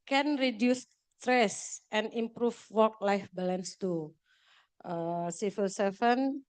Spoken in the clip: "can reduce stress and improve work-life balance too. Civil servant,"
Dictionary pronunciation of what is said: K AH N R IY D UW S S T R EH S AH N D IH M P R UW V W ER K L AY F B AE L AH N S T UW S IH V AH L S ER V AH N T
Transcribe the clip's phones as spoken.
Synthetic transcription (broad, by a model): K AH N R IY D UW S S T R EH S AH N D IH M P R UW F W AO K L AY F B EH L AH N S T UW S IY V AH L S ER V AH N